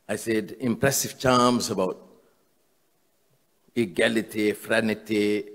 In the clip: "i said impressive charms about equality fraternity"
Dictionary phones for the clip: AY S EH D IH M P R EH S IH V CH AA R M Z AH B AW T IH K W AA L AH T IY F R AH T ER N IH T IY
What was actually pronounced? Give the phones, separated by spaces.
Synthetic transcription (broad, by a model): AY S EH D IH M P R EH S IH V CH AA M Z AH B AW T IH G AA L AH T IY F R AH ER N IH T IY